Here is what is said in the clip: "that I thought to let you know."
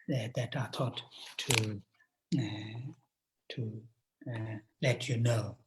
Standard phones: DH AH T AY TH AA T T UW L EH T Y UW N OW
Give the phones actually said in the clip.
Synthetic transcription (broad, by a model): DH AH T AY T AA T T UW L EH T Y UW N OW